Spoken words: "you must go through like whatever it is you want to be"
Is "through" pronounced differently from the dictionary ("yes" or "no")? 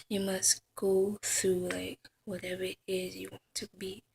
no